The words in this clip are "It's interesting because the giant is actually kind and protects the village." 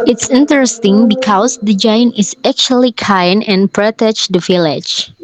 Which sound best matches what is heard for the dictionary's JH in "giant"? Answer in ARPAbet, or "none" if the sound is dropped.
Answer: JH